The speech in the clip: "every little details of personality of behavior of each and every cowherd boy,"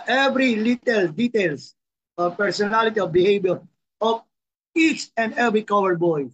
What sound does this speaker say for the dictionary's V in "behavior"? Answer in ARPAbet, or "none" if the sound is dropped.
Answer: B